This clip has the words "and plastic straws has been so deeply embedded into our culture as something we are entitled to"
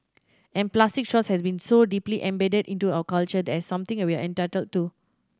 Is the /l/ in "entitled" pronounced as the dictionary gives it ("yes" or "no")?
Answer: yes